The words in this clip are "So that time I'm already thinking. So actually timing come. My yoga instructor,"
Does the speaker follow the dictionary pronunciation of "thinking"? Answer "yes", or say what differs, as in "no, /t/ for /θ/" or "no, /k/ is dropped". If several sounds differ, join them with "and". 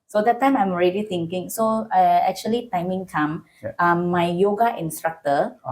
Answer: no, /t/ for /θ/